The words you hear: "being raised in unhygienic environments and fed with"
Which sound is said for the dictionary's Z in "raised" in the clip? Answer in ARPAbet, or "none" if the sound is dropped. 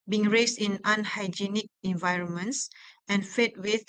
S